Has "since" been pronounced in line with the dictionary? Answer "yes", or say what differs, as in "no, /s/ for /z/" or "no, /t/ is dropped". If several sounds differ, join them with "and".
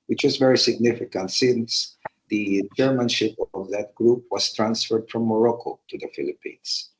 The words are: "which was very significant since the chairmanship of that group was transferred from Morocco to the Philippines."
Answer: yes